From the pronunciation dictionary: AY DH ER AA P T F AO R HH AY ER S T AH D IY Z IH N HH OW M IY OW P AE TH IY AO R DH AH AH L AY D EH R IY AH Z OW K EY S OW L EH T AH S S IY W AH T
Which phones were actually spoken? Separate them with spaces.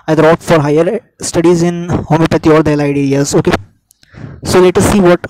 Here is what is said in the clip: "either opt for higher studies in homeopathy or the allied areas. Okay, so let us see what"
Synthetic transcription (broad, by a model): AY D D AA T F AO R HH AY ER S T AH D IY Z IH N HH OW M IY P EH T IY AO R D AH L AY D EH R IY AH Z OW K EY S OW L EH T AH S S IY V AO T